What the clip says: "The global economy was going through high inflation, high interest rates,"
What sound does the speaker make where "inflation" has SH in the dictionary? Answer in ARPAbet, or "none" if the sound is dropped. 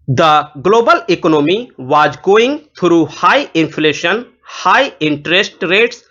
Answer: SH